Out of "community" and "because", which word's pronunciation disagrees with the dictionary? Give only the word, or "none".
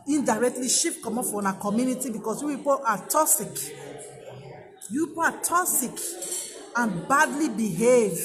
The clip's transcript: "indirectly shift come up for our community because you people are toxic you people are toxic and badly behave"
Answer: because